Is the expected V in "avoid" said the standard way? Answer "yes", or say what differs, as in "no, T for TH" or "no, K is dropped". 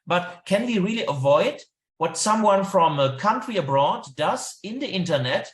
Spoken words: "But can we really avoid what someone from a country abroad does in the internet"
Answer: yes